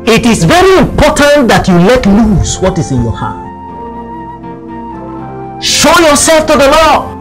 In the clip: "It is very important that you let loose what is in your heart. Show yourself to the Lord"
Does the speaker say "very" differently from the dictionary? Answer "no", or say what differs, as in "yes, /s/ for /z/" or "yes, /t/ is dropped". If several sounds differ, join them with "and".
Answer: no